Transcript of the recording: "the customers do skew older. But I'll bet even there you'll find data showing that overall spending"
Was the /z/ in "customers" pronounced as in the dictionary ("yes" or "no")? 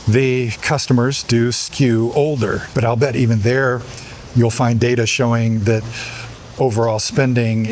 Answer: yes